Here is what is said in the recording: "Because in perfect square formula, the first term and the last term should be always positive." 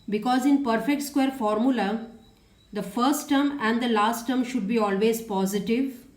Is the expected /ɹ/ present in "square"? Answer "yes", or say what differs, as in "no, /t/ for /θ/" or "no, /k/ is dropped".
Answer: yes